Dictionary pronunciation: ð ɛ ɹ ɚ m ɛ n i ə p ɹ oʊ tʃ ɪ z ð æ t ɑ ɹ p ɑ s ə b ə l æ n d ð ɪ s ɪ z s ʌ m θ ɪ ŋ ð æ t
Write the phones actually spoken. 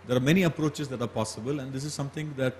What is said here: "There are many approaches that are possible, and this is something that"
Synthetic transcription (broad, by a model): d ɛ ɹ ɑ m ɛ n i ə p ɹ oʊ tʃ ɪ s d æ t ɑ ɹ p ɑ s ə b ə l æ n d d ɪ s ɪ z s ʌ m t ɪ ŋ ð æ t